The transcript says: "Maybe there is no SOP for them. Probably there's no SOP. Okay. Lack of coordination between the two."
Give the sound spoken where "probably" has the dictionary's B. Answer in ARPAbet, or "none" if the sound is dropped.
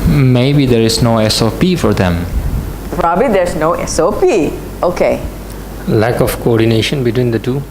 B